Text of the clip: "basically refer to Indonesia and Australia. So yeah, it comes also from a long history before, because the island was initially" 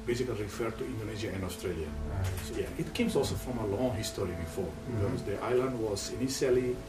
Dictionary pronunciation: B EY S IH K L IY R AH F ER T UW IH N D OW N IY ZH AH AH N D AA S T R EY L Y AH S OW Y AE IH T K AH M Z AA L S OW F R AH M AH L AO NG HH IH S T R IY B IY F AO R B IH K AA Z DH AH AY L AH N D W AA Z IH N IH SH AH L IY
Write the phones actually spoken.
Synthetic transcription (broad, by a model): B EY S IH K L IY R AH F ER T UW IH N D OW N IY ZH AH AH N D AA S T R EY L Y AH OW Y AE IH T K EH M S AA L S OW F R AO M AH L AO NG HH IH S T R IY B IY F AO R B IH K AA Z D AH AY L AH N D W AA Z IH N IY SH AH L IY